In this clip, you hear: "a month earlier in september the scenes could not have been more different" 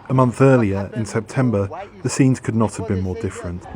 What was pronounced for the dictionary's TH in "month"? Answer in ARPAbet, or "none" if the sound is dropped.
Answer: TH